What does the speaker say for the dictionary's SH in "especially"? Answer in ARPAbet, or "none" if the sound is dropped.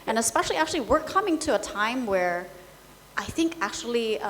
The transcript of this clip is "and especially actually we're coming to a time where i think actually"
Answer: SH